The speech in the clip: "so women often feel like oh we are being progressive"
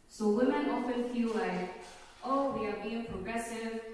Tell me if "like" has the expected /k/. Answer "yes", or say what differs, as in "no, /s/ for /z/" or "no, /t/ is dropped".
no, /k/ is dropped